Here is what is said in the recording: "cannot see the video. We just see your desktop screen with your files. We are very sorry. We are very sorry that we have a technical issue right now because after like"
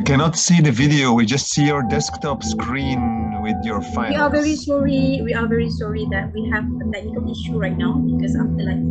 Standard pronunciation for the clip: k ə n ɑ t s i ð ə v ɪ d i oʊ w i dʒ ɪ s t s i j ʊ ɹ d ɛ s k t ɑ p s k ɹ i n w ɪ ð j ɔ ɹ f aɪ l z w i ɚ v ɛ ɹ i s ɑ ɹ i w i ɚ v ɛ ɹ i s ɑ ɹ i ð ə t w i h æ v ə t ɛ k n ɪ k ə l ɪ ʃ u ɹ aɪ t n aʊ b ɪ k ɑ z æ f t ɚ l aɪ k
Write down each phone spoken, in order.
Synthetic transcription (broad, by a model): k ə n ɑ t s i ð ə v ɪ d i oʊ w i dʒ ɪ s t s i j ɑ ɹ d ɛ s k t ɑ p s k ɹ i n w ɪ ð j ɔ ɹ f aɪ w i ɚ v ɛ ɹ i s ɑ ɹ i w i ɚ v ɛ ɹ i s ɑ ɹ i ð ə t w i h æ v ə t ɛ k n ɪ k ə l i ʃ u ɹ aɪ t n aʊ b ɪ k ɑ s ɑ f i l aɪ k